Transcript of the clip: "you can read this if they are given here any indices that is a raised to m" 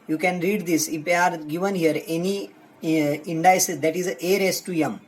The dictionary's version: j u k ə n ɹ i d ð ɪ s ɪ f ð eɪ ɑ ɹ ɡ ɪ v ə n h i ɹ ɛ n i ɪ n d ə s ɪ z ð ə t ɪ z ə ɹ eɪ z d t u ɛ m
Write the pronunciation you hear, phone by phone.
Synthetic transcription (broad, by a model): j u k ə n ɹ i d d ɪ s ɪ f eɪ ɑ ɹ ɡ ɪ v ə n h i ɹ ɛ n i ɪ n d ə ɪ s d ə t ɪ z ə ɹ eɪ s t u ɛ m